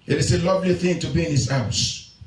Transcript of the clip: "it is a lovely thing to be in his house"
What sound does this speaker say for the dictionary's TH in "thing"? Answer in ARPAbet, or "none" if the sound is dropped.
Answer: TH